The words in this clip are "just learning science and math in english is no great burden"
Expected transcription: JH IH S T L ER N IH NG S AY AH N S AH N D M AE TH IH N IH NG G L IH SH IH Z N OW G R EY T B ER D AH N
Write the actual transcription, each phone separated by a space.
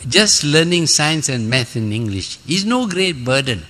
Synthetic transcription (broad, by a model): JH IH S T L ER N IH NG S AY AH N S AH N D M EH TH IH N IH NG G L IH SH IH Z N OW G R EY T B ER D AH N